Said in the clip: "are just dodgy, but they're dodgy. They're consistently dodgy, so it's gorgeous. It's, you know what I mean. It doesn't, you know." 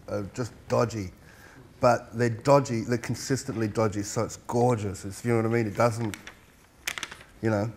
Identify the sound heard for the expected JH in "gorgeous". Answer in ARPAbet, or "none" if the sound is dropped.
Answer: JH